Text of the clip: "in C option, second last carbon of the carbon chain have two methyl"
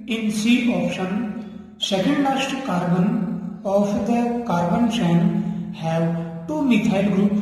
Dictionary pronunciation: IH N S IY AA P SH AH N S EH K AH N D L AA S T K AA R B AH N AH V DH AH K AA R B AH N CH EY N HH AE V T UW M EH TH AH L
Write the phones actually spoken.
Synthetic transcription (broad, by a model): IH N S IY AA P SH AH N S EH K AH N D N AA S T K AA R B AH N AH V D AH K AA R B AH N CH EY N HH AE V T UW M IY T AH L